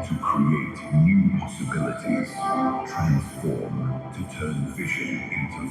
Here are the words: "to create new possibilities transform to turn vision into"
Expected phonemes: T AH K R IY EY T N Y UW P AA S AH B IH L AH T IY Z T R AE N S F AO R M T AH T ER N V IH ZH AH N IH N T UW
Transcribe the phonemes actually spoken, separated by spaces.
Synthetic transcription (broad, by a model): T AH K R IY EY T N Y UW P AA S AH B IH L AH T IY Z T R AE N S F AO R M T AH T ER N F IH SH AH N IH N T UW